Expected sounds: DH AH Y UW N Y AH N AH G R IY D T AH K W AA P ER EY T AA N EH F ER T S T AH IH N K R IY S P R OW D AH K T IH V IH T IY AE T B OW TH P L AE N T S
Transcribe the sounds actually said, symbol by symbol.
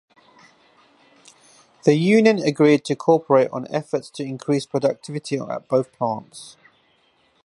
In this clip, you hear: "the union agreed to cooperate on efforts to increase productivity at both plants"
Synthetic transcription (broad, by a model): DH AH Y UW N Y AH N AH G R IY D T AH K AA P ER EY T N EH F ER T S T AH IH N K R IY S P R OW D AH K T IH V IH T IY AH T B OW TH P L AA N T S